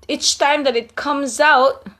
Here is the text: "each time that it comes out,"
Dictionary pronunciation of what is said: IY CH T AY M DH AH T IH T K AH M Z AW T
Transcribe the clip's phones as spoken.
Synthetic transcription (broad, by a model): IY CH T AY M DH AH T IH T K AH M Z AW T